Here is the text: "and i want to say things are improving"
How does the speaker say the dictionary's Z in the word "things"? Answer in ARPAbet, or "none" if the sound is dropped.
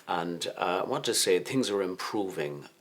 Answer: Z